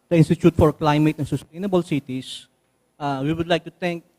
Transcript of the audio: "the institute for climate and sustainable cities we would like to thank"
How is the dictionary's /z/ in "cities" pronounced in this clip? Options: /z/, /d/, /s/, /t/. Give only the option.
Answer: /s/